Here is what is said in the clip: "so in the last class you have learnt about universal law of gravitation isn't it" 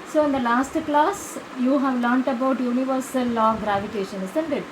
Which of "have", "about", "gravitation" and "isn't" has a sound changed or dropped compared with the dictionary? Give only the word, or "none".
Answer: isn't